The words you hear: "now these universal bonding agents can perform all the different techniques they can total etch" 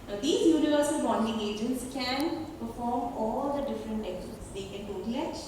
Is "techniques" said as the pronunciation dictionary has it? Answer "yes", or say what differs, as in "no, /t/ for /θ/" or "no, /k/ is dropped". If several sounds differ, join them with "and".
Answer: no, /n/ is dropped